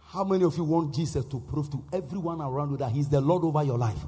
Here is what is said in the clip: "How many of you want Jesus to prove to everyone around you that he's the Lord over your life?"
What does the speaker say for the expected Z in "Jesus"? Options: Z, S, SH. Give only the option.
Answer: S